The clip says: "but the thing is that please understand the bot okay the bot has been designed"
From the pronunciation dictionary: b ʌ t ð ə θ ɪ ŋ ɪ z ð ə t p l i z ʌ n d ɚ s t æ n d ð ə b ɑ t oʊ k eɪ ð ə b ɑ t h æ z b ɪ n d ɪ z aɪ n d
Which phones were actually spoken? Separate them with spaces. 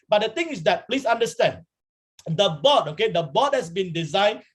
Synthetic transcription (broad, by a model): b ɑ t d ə t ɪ ŋ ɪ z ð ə t p l i s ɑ n d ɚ s t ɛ n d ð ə b ɑ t oʊ k eɪ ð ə b ɑ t h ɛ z b ɪ n d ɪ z aɪ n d